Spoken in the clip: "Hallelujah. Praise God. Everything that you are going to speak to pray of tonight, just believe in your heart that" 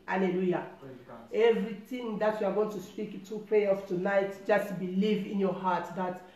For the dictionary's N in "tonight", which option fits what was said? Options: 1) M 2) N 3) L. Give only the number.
2